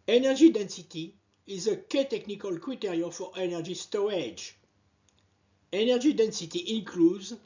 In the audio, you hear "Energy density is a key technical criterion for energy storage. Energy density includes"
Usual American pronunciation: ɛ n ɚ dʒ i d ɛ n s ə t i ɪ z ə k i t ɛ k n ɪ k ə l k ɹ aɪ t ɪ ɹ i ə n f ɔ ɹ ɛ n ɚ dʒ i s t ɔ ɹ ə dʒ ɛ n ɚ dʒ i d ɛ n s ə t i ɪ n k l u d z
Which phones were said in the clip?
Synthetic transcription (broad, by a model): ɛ n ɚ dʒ i d ɛ n s ə t i ɪ z ə k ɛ t ɛ k n ɪ k ə l k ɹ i t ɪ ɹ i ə f ɔ ɹ ɛ n ɚ dʒ i s t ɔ ə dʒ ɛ n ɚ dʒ i d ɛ n s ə t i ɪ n k l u d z